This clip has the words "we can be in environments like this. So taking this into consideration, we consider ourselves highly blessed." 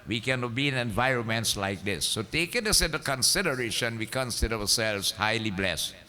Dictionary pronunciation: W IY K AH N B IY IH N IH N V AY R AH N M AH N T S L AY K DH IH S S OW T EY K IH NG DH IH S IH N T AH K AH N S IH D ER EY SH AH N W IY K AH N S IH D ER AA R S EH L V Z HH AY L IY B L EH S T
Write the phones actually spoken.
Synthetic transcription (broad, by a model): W IY K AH N B IY IH N IH N V AY R AH N M AH N T S L AY K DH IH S S OW T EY K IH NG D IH S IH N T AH K AH N S IH D ER EY SH AH N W IY K AH N S IH D ER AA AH S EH L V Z HH AY L IY B L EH S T